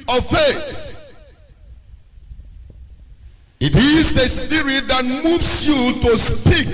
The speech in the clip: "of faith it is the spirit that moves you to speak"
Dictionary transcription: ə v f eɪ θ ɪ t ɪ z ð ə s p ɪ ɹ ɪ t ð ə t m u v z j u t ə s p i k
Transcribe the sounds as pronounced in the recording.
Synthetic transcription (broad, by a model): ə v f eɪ s ɪ t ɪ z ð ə s p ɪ ɹ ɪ t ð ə t m u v s j u t ə s p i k